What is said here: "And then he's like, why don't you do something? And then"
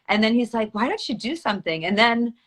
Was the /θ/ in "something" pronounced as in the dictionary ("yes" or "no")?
yes